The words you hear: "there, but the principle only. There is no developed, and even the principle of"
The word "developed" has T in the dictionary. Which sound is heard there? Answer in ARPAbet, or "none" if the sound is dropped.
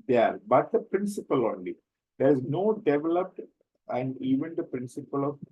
T